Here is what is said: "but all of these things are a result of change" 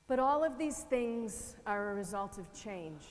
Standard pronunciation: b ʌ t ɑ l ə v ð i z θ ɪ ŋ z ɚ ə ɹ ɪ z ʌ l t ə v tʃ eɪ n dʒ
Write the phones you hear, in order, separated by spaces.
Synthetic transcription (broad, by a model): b ʌ t ɑ l ə v ð i z θ ɪ ŋ z ɚ ə ɹ ɪ z ʌ l t ə v tʃ eɪ n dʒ